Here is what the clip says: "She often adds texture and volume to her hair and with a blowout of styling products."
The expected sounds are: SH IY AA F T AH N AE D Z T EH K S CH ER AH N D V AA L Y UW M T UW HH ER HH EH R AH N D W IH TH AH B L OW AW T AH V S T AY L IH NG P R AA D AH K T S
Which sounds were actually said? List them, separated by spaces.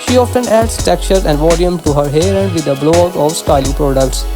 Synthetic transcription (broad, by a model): SH IY AA F T AH N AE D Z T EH K CH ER AH N D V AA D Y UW M T UW HH ER HH EH R AH N D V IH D AH B L OW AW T AH V S T AY L IH NG P R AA D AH K T S